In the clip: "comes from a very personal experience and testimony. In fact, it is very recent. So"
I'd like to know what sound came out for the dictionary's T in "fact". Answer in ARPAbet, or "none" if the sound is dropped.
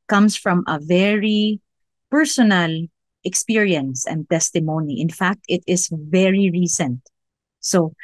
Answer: T